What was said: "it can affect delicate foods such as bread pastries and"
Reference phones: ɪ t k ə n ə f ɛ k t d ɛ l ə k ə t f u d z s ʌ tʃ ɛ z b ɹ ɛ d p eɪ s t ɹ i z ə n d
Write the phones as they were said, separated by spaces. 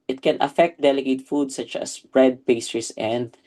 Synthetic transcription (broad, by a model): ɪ t k ə n ə f ɛ k t d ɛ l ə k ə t f u d s ʌ tʃ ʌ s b ɹ ɛ d p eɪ s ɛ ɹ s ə n d